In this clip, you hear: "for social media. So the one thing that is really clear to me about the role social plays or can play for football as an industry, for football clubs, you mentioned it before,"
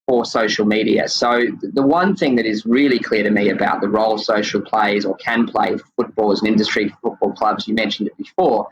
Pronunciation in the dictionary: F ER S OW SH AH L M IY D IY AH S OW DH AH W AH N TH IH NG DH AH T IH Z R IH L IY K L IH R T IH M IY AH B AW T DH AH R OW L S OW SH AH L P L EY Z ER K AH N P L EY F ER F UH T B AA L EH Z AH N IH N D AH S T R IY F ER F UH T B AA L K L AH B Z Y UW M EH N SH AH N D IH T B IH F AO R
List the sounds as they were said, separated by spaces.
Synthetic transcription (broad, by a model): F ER S OW SH L M IY D IY AH S OW DH AH W AH N TH IH NG DH AH T IH Z R IH L IY K L IH R T IH M IY AH B AW T DH AH R OW L S OW SH L P L EY Z ER K AH N P L EY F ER F UH T B AA L Z AH N IH N D AH S T R IY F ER F UH T B AA L K L AH B Z Y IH M EH N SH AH N D IH T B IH F AO R